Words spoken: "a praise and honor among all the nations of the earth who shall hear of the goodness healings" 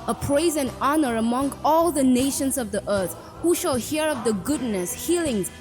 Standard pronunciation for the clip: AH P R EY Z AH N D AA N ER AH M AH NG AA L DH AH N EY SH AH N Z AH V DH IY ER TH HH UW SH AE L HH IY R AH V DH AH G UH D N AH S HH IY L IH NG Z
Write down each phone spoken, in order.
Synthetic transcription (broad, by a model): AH P R EY Z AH N AA N ER AH M AH NG AA L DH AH N EY SH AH N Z AH V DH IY ER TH HH UW SH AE L HH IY R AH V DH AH G UH D N AH S HH IY L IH NG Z